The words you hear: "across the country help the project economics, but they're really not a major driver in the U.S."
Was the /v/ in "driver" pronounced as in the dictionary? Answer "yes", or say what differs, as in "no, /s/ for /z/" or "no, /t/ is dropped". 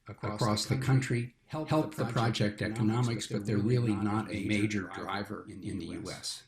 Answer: yes